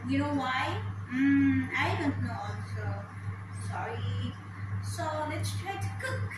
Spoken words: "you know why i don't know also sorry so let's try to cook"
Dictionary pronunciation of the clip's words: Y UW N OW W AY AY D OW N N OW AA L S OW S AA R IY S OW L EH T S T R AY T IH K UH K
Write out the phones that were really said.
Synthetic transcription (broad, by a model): Y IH N OW W AY AY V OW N N OW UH S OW S AA R IY S OW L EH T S T R AY T IH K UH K